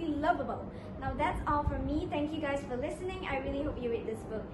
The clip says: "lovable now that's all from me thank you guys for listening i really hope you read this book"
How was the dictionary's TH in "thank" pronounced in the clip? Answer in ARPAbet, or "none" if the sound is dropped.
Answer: T